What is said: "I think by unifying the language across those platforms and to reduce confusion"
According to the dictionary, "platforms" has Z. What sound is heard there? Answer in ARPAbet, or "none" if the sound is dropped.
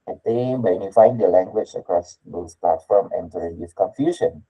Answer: none